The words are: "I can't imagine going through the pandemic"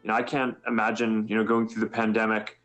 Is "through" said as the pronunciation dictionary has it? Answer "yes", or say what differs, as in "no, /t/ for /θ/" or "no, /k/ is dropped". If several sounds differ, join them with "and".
yes